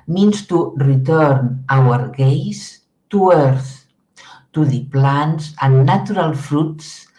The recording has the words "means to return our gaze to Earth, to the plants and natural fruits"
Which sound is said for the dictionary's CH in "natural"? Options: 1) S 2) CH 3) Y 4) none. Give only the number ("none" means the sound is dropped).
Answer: 4